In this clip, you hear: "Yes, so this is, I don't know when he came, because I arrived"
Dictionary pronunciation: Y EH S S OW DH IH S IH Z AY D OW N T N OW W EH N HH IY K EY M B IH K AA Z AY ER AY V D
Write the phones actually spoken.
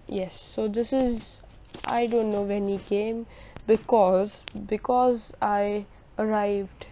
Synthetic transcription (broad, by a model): Y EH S S OW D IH S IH Z AY D OW N T N OW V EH N HH IY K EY M B IH K AA Z AY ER AY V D